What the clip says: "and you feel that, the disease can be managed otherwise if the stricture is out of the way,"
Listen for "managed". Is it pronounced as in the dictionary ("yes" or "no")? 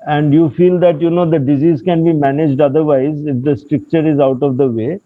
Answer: yes